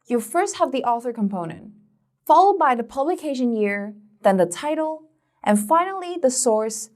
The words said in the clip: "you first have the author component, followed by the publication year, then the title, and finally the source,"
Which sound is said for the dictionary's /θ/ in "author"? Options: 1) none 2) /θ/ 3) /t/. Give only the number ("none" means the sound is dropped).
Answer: 2